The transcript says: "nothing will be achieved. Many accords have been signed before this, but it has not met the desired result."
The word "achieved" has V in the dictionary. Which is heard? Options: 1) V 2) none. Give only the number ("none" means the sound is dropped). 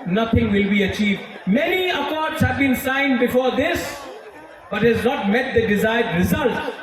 1